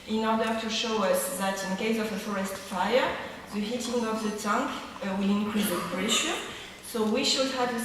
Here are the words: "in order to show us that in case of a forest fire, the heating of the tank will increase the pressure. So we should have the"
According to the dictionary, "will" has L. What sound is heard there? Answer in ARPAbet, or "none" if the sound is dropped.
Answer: L